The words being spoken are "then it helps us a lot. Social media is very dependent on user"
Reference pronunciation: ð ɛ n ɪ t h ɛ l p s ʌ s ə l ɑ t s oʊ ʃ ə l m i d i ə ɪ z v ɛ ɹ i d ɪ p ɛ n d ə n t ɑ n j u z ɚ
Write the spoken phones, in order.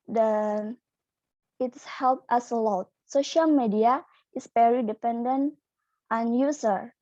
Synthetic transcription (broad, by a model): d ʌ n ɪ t h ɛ l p ʌ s ə l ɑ t s oʊ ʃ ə l m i d i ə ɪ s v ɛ ɹ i d ɪ p ɛ n d ə n t ɑ n j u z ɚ